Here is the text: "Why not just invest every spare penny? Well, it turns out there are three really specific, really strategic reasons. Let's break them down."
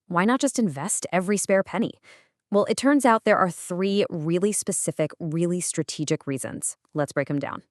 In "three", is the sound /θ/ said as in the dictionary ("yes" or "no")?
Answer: yes